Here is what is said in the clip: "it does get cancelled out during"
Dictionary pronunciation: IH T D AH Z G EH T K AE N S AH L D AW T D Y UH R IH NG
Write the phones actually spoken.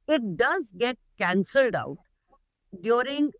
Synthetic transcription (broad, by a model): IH T D AH Z G EH T K AE N S AH L D AW T D Y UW R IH NG